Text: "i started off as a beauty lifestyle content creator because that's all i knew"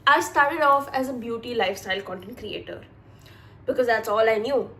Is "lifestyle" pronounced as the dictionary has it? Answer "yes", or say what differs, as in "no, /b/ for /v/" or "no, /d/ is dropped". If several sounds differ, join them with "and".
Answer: yes